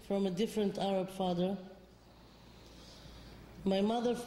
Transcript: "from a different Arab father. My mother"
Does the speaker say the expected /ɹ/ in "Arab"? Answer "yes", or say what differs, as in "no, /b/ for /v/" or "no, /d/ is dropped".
yes